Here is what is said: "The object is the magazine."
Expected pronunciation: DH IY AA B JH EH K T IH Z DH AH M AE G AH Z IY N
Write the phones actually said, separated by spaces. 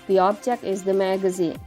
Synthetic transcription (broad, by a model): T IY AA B CH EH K IH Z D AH M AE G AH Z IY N